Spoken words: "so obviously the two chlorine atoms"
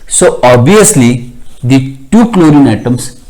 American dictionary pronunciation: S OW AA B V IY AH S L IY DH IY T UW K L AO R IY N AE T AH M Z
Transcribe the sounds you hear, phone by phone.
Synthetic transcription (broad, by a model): S OW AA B IY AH S L IY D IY T UW K L AO R IY N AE T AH M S